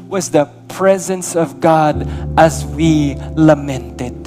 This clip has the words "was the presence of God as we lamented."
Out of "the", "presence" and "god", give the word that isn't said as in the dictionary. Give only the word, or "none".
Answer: none